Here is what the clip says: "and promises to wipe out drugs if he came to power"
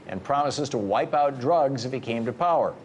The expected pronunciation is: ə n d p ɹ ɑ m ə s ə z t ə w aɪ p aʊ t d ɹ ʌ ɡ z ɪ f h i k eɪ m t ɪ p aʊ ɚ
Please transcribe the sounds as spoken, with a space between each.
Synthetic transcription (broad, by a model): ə n p ɹ ɑ m ə s ə z t ə w aɪ p aʊ t d ɹ ʌ ɡ z ɪ f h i k eɪ m t ɪ p aʊ ɚ